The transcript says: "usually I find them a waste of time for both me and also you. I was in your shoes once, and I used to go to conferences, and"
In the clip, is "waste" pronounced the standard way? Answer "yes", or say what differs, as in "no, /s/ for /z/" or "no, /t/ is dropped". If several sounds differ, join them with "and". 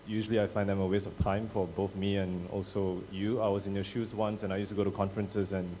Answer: no, /t/ is dropped